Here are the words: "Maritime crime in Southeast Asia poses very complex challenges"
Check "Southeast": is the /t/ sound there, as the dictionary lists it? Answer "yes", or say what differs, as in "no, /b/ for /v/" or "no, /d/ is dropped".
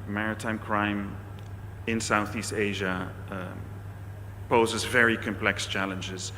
yes